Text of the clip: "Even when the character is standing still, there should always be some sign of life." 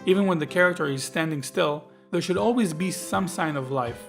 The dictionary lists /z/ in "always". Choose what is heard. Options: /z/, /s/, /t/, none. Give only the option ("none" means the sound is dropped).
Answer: /z/